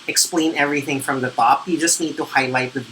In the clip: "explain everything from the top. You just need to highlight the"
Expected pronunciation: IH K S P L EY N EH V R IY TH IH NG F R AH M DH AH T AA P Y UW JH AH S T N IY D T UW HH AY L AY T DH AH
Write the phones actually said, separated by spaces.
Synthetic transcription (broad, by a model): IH K S P L EY N EH V R IY TH IH NG F R AH M DH AH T AA P Y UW JH AH S T N IY D T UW HH AY L AY T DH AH